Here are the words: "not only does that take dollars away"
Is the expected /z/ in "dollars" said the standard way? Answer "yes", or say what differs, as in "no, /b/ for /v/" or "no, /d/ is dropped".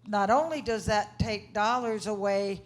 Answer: yes